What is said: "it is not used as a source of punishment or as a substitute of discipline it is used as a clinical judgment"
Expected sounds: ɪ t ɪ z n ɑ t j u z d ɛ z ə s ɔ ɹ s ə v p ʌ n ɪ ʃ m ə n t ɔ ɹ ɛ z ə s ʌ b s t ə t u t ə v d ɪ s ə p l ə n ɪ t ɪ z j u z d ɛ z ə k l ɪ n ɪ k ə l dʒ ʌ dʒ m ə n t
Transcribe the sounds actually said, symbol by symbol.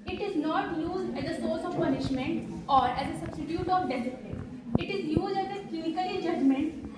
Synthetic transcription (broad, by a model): ɪ t ɪ z n ɑ t j u z d ɛ z ə s ɔ ɹ s ə v p ʌ n ɪ ʃ m ə n t ɔ ɹ ɛ z ə s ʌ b s t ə t u t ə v d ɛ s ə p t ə ɪ t ɪ z j u z d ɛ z ə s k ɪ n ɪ k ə l dʒ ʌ dʒ m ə n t